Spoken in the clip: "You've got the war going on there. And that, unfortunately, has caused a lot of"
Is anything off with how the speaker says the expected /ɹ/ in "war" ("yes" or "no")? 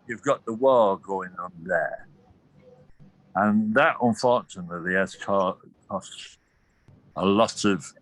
yes